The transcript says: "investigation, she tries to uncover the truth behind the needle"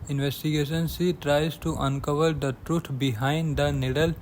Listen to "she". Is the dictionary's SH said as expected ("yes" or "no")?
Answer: no